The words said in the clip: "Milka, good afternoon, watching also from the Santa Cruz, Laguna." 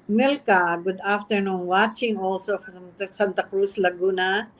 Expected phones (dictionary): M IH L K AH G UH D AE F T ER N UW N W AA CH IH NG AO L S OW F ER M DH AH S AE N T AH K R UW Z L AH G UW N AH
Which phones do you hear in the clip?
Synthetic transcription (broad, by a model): M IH L K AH G UH D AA F T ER N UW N W AA CH IH NG AO L S OW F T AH S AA N T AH K R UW S L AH G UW N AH